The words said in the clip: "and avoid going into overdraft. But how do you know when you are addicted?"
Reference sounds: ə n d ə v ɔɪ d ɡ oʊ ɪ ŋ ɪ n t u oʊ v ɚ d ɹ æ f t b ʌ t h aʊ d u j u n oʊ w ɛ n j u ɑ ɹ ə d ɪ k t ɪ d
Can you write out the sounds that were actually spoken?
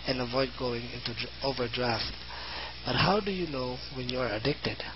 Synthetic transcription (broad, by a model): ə n ə v ɔɪ d ɡ oʊ ɪ ŋ ɪ n t u oʊ v ɚ d ɹ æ f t b ʌ t h aʊ d u j u n oʊ w ɛ n j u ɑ ɹ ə d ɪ k t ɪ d